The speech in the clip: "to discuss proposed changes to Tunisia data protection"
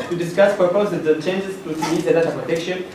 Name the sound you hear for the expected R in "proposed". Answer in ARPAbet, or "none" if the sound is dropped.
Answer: none